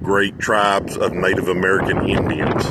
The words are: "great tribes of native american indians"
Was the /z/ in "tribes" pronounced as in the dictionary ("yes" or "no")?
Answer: yes